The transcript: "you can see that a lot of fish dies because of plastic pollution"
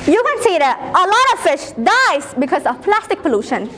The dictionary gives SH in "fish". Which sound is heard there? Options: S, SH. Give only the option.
SH